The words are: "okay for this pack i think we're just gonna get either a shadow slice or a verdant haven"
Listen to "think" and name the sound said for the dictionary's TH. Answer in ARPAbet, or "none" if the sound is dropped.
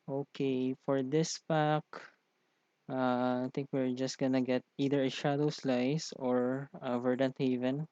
T